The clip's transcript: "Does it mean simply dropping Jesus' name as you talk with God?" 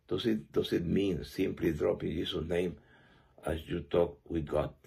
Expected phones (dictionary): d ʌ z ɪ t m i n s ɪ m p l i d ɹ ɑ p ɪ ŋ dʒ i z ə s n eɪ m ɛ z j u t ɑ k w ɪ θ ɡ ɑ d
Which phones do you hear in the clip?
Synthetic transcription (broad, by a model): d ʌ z ɪ t m i n s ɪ m p l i d ɹ ɑ p ɪ ŋ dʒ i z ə n eɪ m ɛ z j u t ɑ k w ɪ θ ɡ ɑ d